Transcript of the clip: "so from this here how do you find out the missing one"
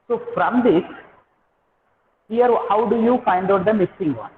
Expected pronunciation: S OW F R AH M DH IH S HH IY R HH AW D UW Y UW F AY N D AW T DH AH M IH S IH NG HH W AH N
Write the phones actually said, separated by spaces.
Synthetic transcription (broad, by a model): S OW F R AH M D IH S HH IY R HH AW D UW Y UW F AY N D AW T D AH M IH S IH NG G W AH N